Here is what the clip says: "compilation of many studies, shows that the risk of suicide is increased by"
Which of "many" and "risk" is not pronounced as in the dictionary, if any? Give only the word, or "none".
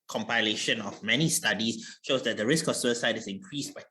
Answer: none